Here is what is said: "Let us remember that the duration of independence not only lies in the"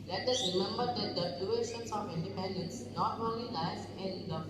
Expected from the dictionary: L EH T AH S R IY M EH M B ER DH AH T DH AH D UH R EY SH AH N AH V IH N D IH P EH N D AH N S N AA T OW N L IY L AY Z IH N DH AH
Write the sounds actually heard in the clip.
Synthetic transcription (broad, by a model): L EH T AH S R IY M EH M B ER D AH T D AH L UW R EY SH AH N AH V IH N D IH P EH N D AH N S N AA T OW N L IY N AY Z IH N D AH